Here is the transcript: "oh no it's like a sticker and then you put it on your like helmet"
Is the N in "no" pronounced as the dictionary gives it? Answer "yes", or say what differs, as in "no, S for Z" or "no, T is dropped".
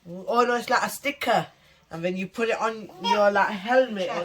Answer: no, L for N